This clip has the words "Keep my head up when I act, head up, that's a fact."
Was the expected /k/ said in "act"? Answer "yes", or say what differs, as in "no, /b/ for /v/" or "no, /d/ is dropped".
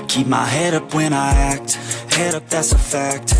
yes